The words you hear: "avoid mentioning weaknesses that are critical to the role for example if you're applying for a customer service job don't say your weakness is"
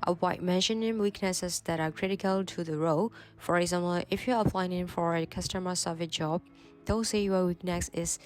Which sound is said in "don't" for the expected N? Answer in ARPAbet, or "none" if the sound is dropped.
L